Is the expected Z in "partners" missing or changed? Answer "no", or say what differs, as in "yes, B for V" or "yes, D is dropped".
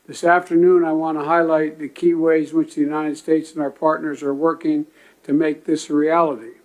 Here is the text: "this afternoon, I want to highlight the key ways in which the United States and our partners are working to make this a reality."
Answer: no